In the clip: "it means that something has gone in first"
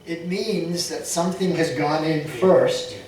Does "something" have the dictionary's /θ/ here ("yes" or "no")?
yes